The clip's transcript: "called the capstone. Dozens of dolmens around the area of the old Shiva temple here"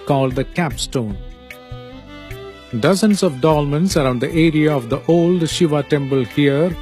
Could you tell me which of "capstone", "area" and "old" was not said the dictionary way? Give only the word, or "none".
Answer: none